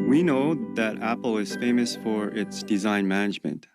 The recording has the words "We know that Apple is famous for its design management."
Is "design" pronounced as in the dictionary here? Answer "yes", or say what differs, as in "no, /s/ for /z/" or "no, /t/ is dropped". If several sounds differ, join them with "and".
yes